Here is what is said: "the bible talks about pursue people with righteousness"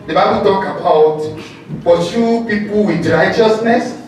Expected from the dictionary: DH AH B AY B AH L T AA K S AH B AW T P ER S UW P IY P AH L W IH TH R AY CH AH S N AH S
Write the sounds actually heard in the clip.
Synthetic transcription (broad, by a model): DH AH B AY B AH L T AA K AH B AW T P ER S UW P IY P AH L W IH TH R AY CH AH S N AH S